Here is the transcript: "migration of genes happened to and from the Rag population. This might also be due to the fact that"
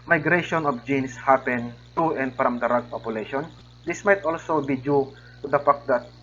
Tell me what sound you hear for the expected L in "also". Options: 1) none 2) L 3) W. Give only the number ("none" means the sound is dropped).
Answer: 2